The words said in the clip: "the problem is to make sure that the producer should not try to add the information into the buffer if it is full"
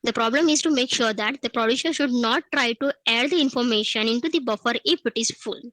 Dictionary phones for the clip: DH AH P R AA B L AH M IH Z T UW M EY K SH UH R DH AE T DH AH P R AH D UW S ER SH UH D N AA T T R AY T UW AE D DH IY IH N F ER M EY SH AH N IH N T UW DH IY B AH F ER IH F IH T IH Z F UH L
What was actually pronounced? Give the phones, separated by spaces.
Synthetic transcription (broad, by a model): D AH P R AA B L AH M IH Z T UW M EY K SH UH R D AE T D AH P R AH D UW SH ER SH UH D N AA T T R AY T UW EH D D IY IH N F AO M EY SH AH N IH N T UW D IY B AH F ER IH F IH T IH Z F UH L